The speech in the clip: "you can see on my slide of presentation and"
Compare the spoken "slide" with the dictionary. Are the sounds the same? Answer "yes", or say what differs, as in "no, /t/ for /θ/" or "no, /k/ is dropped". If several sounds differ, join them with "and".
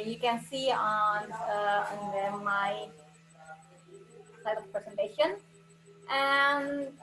no, /l/ is dropped